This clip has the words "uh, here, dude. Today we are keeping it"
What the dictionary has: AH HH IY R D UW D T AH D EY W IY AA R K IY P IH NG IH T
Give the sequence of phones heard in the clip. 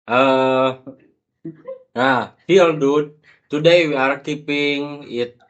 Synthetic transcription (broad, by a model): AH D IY L D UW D T AH D EY W IY AA R K IY P IH NG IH T